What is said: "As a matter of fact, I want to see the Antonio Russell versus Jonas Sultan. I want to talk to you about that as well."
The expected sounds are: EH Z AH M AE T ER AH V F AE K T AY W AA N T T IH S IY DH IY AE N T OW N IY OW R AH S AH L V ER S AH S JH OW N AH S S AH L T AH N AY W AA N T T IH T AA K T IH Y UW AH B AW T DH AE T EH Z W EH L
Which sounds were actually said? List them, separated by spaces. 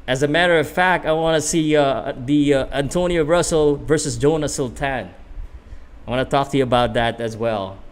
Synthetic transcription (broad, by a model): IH Z AH M AE T ER AH V F AE K T AY W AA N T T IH S IY DH IY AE N T OW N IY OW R AH S L V ER S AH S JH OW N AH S S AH L T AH N AY W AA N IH T AA K T IH Y UW AH B AW T DH AE T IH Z W EH L